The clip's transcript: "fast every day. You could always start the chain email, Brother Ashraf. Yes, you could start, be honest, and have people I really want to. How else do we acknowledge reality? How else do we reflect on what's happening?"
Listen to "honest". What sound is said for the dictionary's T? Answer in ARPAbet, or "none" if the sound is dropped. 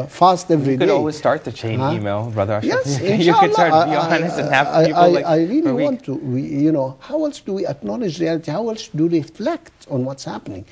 none